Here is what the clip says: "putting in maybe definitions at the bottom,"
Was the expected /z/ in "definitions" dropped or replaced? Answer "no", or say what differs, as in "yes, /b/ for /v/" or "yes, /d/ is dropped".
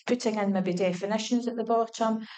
no